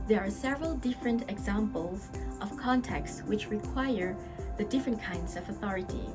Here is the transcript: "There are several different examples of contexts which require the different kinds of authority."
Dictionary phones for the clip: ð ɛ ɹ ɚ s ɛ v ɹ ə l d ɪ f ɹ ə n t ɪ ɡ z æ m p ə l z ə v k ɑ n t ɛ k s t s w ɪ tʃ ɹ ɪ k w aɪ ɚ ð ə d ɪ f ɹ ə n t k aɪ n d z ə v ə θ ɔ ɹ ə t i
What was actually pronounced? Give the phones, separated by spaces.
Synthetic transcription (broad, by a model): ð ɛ ɹ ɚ s ɛ v ɹ ə l d ɪ f ɹ ə n t ɪ ɡ z æ m p ə l z ə v k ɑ n t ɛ k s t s w ɪ tʃ ɹ ɪ k w aɪ ɚ ð ə d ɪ f ɹ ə n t k aɪ n d z ə v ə θ ɔ ɹ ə t i